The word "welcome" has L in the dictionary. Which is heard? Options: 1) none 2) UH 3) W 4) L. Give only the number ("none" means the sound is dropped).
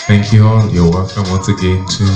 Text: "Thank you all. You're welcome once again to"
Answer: 1